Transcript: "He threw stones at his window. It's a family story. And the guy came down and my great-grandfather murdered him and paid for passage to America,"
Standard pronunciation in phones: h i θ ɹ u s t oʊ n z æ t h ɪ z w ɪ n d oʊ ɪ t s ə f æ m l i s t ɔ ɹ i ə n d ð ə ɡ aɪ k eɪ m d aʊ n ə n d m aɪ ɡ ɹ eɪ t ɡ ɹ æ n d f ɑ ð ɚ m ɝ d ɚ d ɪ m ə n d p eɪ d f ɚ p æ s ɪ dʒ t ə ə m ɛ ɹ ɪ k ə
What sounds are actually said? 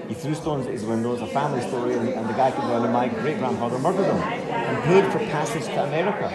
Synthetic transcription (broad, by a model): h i θ ɹ u s t oʊ n z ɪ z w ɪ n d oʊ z ə f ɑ m l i s t ɔ ɹ i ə n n ð ə ɡ aɪ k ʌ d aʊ ə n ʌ m aɪ ɡ ɹ eɪ t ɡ ɹ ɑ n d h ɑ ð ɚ m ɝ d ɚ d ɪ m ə n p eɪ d f ɚ p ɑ s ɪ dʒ t ə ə m ɛ ɹ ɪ k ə